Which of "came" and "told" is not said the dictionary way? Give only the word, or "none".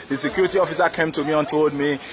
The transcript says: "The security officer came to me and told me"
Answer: told